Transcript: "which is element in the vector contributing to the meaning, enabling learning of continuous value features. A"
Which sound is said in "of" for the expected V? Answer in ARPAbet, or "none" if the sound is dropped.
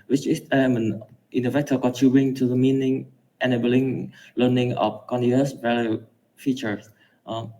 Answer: F